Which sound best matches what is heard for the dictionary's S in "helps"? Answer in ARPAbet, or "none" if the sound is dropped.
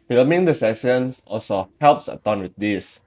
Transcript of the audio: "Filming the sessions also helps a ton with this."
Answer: S